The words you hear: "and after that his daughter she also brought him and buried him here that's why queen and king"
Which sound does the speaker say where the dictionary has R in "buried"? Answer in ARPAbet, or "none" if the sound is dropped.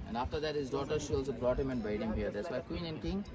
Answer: none